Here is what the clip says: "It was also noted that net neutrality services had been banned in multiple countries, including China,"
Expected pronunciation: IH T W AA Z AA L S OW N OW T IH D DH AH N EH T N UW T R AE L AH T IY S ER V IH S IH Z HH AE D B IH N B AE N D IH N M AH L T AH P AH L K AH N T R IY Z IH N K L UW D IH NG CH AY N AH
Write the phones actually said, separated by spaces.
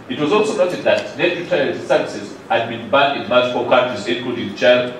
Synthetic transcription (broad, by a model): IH T W AA Z AA L S OW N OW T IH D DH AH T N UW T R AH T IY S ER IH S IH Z HH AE D B IH N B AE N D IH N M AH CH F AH K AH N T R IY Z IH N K UW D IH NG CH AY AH